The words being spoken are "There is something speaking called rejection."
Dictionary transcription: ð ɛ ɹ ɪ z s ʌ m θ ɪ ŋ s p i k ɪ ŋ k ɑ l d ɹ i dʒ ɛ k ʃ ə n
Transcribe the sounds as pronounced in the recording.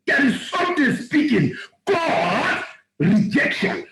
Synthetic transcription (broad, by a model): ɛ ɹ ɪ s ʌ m t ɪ s p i k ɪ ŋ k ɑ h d ɹ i dʒ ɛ k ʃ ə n